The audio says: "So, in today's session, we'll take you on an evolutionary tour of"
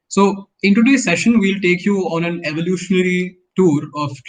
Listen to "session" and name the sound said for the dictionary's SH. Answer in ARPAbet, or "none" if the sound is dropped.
SH